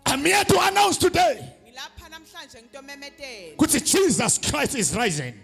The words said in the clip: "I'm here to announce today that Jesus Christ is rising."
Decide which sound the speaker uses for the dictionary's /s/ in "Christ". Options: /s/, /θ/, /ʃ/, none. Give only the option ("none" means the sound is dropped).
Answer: /s/